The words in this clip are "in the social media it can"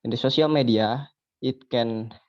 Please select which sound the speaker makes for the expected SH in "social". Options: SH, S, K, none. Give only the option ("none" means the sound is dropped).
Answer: S